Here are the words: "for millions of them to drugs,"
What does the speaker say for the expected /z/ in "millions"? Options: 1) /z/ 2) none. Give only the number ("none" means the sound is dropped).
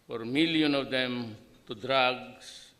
2